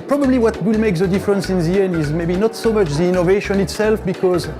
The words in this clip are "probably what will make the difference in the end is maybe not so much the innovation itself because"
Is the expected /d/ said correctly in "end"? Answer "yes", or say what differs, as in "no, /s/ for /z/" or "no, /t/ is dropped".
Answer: no, /d/ is dropped